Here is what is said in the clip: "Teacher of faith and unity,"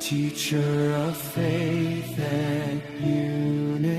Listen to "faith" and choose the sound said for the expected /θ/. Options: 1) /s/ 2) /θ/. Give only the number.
2